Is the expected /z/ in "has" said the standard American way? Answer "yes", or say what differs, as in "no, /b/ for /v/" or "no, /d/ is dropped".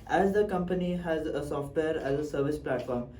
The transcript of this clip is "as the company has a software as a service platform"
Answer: yes